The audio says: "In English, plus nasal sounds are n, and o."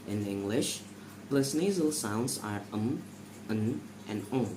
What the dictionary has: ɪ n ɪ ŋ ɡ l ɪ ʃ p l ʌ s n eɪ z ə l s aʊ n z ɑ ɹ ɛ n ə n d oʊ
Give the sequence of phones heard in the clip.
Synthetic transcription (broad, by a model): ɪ n ɪ ŋ ɡ l ɪ ʃ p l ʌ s n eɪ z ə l s aʊ n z ɑ ɹ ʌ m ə n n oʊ